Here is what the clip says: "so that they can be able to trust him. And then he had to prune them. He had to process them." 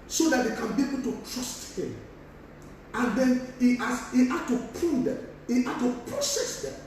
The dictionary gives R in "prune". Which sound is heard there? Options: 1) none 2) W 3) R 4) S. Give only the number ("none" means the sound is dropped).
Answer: 1